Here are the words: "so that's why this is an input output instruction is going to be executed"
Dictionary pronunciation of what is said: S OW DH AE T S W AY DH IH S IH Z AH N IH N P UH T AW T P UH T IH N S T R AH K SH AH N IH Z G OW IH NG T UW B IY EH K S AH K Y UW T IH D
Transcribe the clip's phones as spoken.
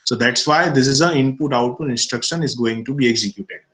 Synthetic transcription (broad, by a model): S OW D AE T S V AY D IH S IH Z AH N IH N P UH T AW T UW IH N S T R AH K SH AH N IH Z G OW IH NG T UW B IY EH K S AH K Y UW T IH D